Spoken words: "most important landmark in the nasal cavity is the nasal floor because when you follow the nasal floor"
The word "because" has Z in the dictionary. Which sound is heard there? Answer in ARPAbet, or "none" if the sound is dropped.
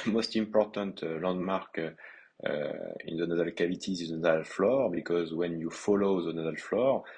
Z